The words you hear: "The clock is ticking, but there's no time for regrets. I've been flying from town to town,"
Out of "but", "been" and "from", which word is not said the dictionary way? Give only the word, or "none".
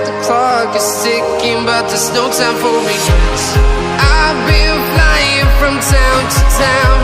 been